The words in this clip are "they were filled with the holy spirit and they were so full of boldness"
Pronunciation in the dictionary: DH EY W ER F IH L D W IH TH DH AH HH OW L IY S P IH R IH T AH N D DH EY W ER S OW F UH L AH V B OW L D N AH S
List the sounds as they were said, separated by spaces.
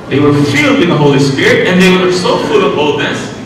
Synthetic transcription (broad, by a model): DH EY W ER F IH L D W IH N DH AH HH OW L IY S P IH R IH T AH N DH EY W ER S OW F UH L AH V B OW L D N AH S